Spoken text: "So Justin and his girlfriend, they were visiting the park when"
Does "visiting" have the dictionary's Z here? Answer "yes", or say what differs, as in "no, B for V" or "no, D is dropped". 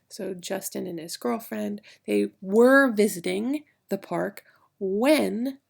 yes